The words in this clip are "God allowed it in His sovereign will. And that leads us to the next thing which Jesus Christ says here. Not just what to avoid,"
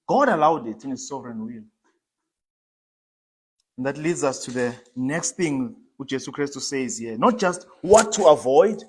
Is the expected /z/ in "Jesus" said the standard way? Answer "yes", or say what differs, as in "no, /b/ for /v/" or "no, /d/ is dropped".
no, /s/ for /z/